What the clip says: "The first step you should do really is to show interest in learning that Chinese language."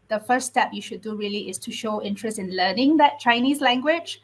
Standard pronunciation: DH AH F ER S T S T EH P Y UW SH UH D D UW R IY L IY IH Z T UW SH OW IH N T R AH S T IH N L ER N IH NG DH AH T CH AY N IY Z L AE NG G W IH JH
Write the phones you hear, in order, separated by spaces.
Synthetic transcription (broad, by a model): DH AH F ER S S T EH P Y UW SH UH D D UW R IY L IY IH S T UW SH OW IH N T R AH S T IH N L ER N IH NG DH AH T CH AY N IY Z L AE NG G W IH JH